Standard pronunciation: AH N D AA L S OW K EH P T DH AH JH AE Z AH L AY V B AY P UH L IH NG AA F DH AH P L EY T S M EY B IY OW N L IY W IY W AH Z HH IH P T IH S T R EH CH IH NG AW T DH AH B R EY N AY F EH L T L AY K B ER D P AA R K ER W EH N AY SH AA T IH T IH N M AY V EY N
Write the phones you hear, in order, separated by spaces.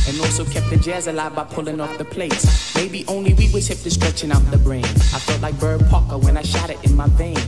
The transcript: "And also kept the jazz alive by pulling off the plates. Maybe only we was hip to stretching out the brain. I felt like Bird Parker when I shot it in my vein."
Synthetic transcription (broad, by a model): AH N AA L S OW K EH P T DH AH JH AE Z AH L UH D B AY P UH L IH NG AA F DH AH P L EY T S M EY B IY OW N L IY W IY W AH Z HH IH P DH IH S T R EH CH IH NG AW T DH AH B R EY N AY F EH L T L AY K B ER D P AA K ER W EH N AY SH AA T IH T IH N M AY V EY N